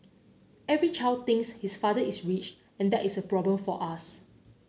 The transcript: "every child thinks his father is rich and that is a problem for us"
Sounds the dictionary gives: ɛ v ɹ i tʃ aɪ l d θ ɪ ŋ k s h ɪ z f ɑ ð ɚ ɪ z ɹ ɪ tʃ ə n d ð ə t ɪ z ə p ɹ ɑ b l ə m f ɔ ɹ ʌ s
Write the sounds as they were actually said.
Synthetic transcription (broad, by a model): ɛ v ɹ i tʃ aɪ l d t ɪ ŋ s h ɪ s f ɑ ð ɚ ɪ s ɹ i tʃ ə n d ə t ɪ s ə p ɹ ɑ b l ə m f ɔ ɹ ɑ s